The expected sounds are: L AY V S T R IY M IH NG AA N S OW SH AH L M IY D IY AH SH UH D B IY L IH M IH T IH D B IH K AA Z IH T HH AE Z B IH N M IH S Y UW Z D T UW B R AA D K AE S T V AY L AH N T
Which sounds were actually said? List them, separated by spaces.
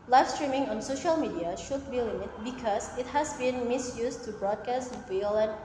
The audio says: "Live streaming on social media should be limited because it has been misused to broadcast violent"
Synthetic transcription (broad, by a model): L AY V S T R IY M IH NG AA N S OW SH AH L M IY D IY AH SH UH D B IY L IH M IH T B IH K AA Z IH T HH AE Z B IH N M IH S Y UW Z T UW B R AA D K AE S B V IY L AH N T